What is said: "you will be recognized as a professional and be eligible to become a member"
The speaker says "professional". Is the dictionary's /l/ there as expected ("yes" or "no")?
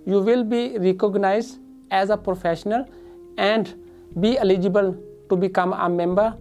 yes